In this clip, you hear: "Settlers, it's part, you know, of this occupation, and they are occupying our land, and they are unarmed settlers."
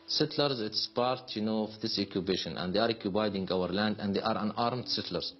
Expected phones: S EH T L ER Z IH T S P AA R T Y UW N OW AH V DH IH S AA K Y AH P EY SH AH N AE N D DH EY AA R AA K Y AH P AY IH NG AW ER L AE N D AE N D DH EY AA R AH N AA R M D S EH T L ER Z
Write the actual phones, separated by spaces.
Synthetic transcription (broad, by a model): S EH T L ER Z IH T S P AA R T Y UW N OW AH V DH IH S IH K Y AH B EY SH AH N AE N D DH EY AA R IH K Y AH B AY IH NG AW ER L AE N D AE N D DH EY AA R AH N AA R M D S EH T L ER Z